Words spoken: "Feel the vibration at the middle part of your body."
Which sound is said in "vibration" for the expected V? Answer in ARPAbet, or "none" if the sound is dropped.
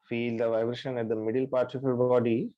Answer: V